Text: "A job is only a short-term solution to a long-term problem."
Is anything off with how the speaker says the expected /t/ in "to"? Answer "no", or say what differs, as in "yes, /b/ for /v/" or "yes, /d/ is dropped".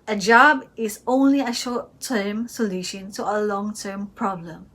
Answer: no